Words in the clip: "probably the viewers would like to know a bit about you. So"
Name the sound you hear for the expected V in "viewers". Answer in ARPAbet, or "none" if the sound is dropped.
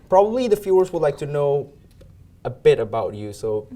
F